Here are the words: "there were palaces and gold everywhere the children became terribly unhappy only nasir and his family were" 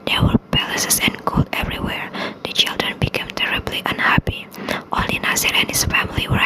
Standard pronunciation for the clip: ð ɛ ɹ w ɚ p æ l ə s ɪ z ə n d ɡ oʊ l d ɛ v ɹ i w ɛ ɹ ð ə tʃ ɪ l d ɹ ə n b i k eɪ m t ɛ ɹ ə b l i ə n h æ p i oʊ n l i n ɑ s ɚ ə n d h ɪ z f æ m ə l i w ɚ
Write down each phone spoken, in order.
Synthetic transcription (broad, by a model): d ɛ w ɚ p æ l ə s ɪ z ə n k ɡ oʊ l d ɛ v ɹ i w ɛ ɹ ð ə tʃ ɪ l d ɹ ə n b i k eɪ m t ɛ ɹ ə b l i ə n h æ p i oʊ l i n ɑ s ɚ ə n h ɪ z f æ m ə l i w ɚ